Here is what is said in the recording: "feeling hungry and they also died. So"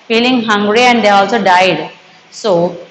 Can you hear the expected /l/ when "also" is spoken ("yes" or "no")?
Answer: yes